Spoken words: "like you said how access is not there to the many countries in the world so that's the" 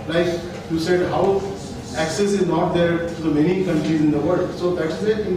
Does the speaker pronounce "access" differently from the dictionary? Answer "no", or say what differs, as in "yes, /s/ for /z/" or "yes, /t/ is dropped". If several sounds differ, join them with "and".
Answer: no